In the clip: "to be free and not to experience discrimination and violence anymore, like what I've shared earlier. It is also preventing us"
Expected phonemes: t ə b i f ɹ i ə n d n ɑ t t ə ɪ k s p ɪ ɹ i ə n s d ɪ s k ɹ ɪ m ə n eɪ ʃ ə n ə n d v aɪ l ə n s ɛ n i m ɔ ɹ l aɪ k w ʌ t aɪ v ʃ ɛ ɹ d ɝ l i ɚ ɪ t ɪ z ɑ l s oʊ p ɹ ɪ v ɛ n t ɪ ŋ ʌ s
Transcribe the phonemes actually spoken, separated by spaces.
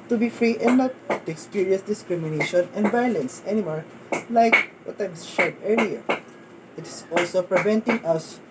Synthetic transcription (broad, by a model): t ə b i f ɹ i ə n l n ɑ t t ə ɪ k s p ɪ ɹ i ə s d ɪ s k ɹ ɪ m ə n eɪ ʃ ə n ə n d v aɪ l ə n s ɛ n i m ɔ ɹ l aɪ k w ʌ t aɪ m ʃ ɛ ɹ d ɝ l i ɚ ɪ t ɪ s ɑ l s oʊ p ɹ ɪ v ɛ n t ɪ ŋ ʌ s